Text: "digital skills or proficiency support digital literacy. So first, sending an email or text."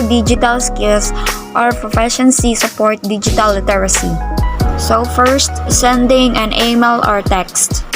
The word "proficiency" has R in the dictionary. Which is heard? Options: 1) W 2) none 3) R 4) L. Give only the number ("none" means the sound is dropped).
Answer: 3